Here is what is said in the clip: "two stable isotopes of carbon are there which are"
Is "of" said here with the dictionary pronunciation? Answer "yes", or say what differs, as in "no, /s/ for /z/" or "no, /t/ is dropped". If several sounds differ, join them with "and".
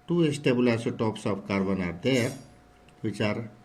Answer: no, /p/ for /v/